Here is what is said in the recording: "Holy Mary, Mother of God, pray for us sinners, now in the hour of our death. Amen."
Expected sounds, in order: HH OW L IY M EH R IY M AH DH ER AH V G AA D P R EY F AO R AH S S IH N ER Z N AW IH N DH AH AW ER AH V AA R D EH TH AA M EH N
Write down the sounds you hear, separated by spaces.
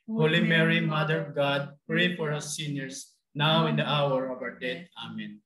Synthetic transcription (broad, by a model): HH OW L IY M EH R IY M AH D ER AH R G AA D P R EY F AO R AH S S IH N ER S N AW IH N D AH AW ER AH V AA R D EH T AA M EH N